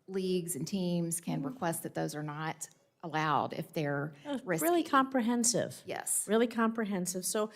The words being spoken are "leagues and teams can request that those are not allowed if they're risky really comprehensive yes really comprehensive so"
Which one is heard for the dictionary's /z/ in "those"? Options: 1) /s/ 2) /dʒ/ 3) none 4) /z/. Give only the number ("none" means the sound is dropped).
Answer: 4